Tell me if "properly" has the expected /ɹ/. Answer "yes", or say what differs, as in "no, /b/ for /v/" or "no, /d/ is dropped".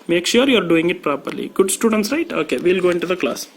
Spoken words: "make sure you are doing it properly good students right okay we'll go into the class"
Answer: yes